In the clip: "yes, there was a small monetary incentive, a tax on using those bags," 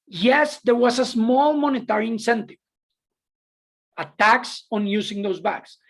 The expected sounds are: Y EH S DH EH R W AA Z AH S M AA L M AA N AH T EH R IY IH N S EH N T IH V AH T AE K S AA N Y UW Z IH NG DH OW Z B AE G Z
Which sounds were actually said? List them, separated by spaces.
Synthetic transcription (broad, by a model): Y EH S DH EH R W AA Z AH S M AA L M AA N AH T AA R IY IH N S EH N T IH V AH T AE K S AA N Y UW S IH NG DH OW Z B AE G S